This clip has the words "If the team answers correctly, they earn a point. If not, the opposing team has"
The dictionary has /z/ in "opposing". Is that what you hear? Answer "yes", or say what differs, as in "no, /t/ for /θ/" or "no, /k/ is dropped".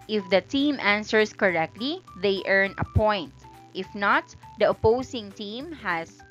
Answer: no, /s/ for /z/